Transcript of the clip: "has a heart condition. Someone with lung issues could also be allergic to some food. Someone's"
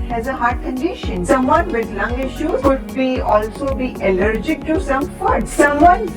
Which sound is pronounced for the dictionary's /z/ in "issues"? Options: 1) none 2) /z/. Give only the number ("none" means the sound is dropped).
1